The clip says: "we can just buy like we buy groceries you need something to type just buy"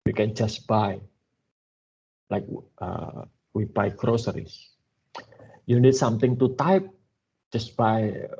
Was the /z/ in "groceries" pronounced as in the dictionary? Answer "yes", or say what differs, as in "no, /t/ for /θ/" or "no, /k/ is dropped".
no, /s/ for /z/